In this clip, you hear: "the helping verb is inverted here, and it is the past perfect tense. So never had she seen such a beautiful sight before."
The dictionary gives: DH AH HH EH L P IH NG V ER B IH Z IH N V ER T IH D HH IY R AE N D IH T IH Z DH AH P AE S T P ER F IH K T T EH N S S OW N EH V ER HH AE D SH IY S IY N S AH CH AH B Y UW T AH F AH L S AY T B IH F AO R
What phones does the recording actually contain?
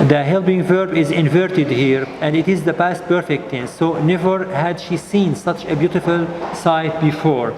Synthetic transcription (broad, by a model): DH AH HH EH L B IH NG V ER B IH Z IH N V ER T IH D HH IY R AE N D IH T IH Z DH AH P AE S T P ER F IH K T T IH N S S OW N EH V ER HH AE D SH IY S IY N S AH CH AH B Y UW T AH F AH L S AY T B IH F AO R